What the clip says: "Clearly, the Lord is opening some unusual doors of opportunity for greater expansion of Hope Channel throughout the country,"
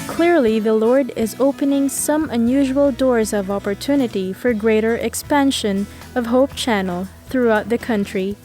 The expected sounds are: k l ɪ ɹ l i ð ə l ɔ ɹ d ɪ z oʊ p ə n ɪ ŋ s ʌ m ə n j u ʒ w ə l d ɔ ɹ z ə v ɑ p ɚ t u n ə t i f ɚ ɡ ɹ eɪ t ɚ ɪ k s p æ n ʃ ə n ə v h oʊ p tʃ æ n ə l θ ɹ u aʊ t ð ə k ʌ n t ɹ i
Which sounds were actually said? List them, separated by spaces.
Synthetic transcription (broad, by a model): k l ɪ ɹ l i ð ə l ɔ ɹ d ɪ z oʊ p ə n ɪ ŋ s ʌ m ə n j u ʒ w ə l d ɔ ɹ z ə v ɑ p ɚ t u n ə t i f ɚ ɡ ɹ eɪ t ɚ ɪ k s p æ n ʃ ə n ə v h oʊ p tʃ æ n l θ ɹ u aʊ t ð ə k ʌ n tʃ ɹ i